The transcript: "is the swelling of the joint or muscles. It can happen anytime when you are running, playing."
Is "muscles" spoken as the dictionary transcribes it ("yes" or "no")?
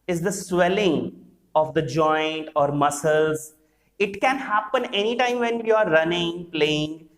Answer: yes